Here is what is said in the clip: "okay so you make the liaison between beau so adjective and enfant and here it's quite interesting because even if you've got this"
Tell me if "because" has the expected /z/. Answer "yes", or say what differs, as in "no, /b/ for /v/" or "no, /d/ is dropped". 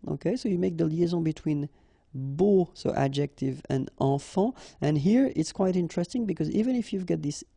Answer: yes